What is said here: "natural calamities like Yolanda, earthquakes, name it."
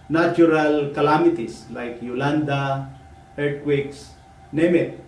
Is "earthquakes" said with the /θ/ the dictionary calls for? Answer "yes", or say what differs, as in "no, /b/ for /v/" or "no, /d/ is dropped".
no, /t/ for /θ/